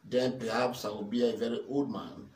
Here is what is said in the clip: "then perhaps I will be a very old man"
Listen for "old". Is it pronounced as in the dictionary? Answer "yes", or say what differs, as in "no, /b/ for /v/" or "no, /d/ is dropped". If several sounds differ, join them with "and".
no, /l/ is dropped